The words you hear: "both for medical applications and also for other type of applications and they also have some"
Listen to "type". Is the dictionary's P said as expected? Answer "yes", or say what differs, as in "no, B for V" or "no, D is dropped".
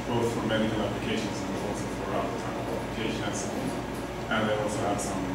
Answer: no, P is dropped